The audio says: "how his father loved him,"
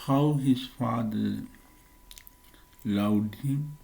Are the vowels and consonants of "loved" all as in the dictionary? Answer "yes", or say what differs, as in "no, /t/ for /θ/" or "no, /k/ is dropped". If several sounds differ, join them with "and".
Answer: no, /w/ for /v/